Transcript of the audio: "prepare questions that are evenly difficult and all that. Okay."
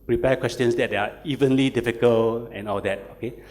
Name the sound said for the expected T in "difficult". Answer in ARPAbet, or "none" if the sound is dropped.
none